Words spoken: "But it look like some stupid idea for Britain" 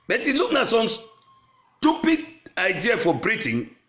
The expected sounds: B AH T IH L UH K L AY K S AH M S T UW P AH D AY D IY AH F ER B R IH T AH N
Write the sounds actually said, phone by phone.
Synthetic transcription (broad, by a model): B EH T IH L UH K N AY S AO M S T UW P AH D AY D IY AH F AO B R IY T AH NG